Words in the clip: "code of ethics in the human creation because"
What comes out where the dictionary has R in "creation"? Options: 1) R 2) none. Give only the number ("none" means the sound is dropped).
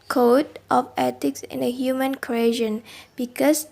2